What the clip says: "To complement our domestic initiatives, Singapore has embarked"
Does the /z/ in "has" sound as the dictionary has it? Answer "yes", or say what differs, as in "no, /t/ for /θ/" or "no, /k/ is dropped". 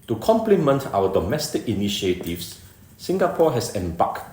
no, /s/ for /z/